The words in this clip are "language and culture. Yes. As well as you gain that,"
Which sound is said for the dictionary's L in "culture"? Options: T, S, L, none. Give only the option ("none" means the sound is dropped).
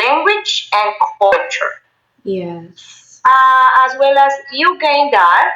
none